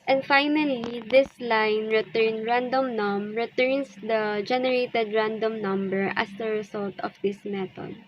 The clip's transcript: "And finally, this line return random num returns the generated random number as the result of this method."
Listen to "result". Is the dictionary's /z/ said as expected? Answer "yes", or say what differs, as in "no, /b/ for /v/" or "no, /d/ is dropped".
no, /s/ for /z/